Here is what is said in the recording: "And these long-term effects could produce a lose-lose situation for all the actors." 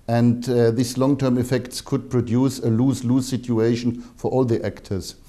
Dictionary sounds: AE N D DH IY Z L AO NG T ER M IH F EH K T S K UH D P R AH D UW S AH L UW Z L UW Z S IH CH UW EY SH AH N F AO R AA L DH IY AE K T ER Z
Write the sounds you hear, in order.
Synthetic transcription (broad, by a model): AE N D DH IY S L AO NG T ER M IH F EH K T S K UH D P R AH D UW S AH L UW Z L UW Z S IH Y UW EY SH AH N F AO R AA L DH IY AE K T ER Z